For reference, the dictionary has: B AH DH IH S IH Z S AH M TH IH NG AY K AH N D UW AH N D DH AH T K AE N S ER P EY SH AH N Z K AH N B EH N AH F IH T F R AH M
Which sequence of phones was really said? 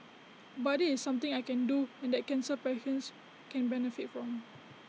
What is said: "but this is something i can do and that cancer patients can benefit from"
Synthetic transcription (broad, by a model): B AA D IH IH S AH M T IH NG AY K AH N D UW AH N D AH T K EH N S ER P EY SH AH N S K AH N B EH N AH F IH T F R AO M